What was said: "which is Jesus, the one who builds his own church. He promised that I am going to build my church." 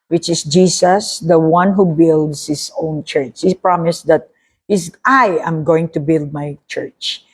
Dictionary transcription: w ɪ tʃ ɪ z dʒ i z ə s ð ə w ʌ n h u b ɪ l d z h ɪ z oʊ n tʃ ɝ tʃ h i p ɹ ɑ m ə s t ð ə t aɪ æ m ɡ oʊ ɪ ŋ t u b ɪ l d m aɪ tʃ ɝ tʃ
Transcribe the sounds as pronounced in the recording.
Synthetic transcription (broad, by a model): w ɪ tʃ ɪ s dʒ i s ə s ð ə w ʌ n h u b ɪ l d s h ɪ s oʊ n tʃ ɝ tʃ h i p ɹ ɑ m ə s t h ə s aɪ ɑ m ɡ oʊ ɪ ŋ t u b ɪ l d m aɪ tʃ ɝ tʃ